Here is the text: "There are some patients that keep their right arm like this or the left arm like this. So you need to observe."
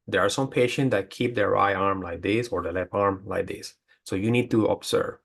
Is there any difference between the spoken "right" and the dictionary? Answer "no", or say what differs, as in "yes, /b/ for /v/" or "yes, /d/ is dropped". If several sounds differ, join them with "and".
yes, /t/ is dropped